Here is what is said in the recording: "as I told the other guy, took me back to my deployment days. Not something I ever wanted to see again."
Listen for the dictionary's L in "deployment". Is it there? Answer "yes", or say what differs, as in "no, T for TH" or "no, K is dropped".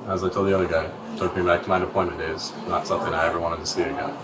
no, L is dropped